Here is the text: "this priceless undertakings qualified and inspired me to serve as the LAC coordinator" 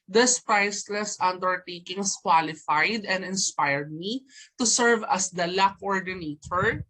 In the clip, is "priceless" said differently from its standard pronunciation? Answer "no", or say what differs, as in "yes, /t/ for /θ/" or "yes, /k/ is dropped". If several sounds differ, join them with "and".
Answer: no